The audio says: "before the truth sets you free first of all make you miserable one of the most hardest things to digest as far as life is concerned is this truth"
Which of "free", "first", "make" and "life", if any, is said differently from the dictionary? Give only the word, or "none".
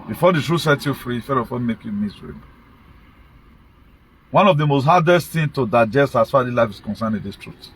first